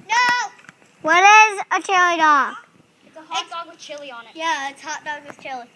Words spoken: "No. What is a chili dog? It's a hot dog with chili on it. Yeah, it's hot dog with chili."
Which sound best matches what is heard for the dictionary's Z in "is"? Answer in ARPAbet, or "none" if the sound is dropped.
Z